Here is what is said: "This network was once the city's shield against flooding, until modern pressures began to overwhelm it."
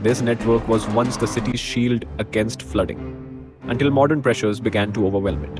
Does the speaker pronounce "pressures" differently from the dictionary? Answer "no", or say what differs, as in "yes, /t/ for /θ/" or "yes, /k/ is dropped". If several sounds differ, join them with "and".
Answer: no